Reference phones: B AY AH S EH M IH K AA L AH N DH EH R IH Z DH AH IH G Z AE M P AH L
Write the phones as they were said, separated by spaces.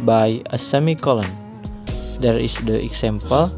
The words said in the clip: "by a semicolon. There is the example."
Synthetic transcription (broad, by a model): B AY AH S EH M IH K AA L AH N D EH R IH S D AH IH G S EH M P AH L